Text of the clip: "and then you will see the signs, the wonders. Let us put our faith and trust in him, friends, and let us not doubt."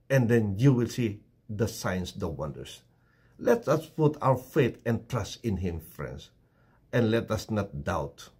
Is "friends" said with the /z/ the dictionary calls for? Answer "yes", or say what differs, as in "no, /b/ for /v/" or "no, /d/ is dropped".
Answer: no, /s/ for /z/